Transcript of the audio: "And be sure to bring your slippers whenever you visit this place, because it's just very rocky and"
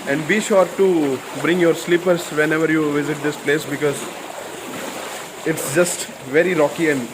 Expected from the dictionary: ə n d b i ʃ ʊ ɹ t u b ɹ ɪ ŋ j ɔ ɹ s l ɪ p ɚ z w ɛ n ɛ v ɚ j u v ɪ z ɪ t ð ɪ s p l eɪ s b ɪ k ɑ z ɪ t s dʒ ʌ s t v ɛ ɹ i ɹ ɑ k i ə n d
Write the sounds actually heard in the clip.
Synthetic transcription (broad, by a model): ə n d b i ʃ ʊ ɹ t u b ɹ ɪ ŋ j ɔ ɹ s l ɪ p ɚ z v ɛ n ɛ v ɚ j u v ɪ z ɪ t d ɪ s p l eɪ s b ɪ k ɑ z ɪ t s dʒ ʌ s t v ɛ ɹ i ɹ ɑ k i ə n d